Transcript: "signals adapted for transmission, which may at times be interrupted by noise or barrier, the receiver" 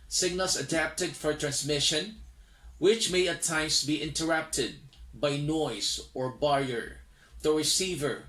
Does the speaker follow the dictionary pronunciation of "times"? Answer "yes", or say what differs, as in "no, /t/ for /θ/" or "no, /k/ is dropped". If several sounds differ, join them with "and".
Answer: no, /s/ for /z/